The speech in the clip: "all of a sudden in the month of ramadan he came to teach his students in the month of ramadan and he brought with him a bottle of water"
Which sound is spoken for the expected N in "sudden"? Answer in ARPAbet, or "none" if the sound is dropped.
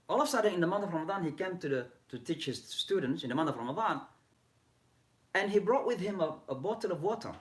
none